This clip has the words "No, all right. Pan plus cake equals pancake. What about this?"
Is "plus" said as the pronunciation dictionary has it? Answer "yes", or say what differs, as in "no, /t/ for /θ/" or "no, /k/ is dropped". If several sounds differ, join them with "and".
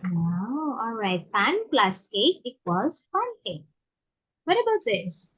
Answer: yes